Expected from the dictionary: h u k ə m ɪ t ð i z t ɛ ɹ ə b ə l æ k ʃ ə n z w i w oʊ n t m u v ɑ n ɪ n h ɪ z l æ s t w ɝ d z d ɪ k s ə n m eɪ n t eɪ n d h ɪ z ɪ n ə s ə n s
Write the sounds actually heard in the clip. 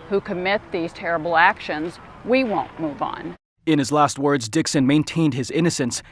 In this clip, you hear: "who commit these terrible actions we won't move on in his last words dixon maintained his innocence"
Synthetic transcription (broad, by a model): h u k ə m ɪ t ð i z t ɛ ɹ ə b l æ k ʃ ə n z w i w oʊ n m u v n ɪ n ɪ z l æ s t w ɝ d z d ɪ k s ə n m eɪ n t eɪ n d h ɪ z ɪ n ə s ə n s